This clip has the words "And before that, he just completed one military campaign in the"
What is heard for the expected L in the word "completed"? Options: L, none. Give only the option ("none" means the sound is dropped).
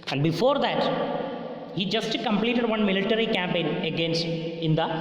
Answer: L